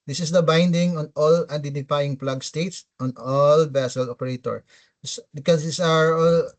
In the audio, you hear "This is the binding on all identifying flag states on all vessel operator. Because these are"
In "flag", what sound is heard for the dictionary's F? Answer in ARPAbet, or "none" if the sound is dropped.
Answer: P